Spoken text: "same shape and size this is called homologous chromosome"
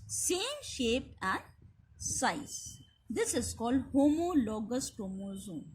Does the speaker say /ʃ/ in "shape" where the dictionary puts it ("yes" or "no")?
yes